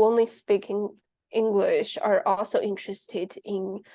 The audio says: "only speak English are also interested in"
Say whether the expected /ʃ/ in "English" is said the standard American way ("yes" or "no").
yes